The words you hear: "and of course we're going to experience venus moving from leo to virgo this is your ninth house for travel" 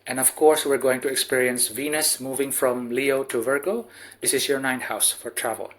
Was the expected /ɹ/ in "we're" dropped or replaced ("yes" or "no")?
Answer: no